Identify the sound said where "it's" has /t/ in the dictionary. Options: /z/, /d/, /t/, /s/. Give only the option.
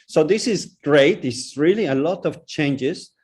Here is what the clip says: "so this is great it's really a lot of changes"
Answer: /s/